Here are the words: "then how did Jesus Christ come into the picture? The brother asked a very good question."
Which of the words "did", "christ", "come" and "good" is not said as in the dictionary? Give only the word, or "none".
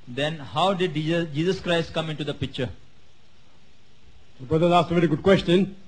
none